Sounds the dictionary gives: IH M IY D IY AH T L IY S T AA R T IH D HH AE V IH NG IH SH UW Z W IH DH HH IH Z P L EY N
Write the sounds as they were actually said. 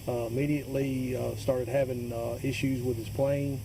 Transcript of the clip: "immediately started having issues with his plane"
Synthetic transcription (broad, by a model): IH M IY D IY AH T L IY S T AA R T IH D HH AE V IH NG IH SH UW Z W IH DH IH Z P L EY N